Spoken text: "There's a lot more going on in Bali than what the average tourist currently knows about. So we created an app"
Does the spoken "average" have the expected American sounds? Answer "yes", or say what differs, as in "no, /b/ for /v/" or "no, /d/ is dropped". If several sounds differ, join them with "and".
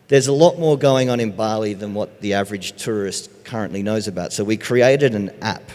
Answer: yes